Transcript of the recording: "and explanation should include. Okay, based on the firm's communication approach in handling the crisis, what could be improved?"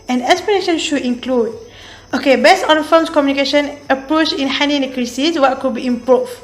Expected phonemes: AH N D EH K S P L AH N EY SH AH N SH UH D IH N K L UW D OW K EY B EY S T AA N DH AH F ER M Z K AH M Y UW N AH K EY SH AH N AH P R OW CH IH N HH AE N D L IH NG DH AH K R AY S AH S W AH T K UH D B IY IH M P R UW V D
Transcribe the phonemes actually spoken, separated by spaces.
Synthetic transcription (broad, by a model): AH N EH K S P AH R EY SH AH N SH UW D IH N K L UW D OW K EY B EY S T AA N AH F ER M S K AH M Y UW N AH K EY SH AH N AH P R OW CH IH N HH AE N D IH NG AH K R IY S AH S W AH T K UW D B IY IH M P R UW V